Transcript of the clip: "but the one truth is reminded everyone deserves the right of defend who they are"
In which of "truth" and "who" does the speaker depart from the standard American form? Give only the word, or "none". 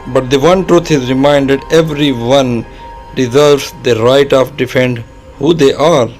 truth